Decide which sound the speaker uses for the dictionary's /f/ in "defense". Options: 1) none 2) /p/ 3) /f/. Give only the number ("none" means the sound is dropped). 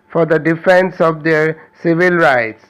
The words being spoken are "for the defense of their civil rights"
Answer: 3